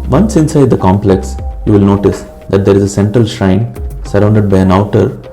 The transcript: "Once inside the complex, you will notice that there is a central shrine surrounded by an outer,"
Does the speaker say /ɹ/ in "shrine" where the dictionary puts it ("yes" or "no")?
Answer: yes